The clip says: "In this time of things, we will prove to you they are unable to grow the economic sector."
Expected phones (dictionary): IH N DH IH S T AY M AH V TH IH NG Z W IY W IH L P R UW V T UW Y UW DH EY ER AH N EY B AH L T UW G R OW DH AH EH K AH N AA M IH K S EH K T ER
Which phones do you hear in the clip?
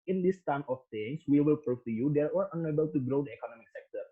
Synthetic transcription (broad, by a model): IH N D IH S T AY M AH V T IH NG S W IY W IH L P R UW F T UW Y UW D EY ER AH N EY B AH L T UW G R OW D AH EH K AH N AA M IH K S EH K T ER